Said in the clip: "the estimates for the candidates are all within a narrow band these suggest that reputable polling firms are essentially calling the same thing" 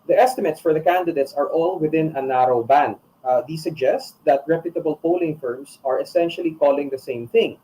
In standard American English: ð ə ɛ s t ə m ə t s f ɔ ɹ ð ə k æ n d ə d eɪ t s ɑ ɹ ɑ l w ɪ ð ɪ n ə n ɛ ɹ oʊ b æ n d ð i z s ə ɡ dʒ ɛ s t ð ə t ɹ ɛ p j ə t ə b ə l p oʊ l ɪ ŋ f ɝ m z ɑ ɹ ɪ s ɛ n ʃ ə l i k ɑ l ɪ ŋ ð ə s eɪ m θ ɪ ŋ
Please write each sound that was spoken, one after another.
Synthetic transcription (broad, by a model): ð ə ɛ s t ə m ə t s f ɔ ɹ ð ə k æ n d ə d eɪ t s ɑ ɹ ɑ l w ɪ ð ɪ n ə n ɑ ɹ oʊ b æ n d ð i s ə ɡ dʒ ɛ s t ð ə t ɹ ɛ p j ə t ə b ə l p oʊ l ɪ ŋ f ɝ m s ɑ ɹ ɪ s ɛ n ʃ ə l i k ɑ l ɪ ŋ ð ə s eɪ m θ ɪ ŋ